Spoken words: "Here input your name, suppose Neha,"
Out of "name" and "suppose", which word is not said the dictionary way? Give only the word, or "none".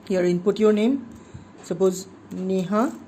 suppose